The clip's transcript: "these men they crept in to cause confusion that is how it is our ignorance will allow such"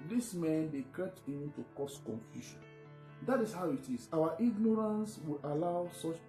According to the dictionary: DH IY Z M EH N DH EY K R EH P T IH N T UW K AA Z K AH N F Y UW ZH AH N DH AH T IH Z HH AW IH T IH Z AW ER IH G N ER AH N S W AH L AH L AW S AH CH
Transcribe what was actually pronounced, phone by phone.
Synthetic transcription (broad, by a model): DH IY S M EH N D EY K EH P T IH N T UW K AA S K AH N F Y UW SH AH N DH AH T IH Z HH AW IH T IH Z AW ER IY G N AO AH N S W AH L AH L AW S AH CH